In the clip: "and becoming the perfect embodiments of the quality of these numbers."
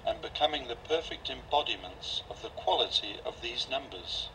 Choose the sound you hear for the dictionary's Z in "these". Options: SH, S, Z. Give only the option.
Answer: Z